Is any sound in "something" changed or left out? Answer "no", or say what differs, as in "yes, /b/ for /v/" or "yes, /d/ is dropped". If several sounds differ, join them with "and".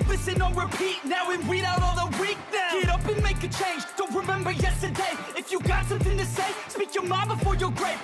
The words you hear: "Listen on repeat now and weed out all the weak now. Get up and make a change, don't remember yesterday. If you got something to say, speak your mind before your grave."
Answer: no